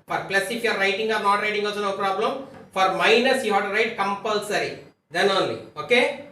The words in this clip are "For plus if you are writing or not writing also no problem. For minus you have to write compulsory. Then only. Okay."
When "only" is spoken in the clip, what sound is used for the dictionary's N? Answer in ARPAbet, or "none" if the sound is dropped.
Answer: N